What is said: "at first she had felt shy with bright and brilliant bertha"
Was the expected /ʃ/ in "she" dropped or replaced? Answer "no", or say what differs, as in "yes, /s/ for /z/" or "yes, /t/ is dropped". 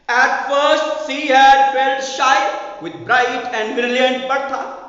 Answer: yes, /s/ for /ʃ/